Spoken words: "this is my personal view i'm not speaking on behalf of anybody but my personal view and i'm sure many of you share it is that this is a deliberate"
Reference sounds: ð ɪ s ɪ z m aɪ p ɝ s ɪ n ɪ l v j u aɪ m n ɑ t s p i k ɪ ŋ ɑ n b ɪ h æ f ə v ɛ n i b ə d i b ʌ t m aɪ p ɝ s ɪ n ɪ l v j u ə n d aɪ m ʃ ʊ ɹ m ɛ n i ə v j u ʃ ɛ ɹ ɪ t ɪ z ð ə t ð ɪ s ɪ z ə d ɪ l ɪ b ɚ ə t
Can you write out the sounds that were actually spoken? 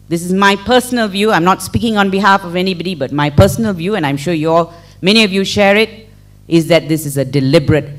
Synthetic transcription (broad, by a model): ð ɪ s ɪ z m aɪ p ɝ s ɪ n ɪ l v j u aɪ m n ɑ t s p i k ɪ ŋ ɑ n b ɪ h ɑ f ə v ɛ n i b ə d i b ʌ t m aɪ p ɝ s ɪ n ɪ l v j u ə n aɪ m ʃ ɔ l m ɛ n i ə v j u ʃ ɛ ɹ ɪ t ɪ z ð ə t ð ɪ s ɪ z ə d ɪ l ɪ b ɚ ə t